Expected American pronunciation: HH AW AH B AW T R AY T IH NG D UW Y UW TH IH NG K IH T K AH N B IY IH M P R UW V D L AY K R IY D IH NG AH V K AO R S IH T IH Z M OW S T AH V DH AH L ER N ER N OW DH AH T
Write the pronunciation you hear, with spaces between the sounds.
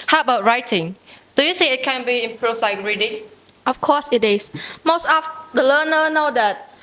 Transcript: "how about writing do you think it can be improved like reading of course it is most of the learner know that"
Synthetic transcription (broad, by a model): HH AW AH B AW T R AY T IH NG D UW Y UW S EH IH T K AH N B IY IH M P R UW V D L AY K R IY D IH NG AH F K AO S IH T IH S M OW S T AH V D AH L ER N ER N OW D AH T